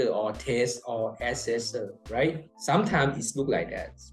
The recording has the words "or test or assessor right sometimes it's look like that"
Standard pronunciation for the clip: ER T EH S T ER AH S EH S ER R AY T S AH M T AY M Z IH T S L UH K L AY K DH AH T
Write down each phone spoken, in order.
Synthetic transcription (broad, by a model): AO T EH S T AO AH S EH S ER R AY T S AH M T AY M S IH T S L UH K L AY K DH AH T